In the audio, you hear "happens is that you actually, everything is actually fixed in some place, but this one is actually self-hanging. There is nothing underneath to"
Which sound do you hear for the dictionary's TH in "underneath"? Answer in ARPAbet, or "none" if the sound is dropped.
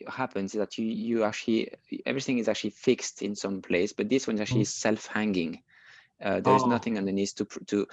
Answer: T